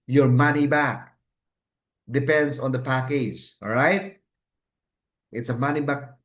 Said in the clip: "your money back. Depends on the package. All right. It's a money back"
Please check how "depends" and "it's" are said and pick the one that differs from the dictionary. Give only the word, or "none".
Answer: depends